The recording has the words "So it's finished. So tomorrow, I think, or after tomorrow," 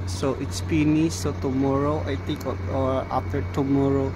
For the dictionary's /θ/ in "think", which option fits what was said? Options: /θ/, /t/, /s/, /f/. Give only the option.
/t/